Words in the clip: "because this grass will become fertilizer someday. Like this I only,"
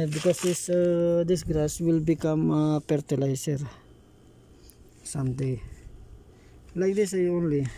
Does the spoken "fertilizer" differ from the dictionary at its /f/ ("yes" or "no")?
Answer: yes